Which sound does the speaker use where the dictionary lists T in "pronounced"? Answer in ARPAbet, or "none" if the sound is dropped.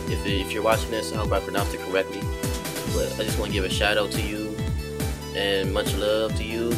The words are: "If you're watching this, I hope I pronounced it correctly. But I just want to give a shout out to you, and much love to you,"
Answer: none